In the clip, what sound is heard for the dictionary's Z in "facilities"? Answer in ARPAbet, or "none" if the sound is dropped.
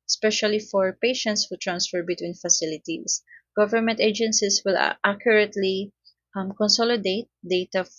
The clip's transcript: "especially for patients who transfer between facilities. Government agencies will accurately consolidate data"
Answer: S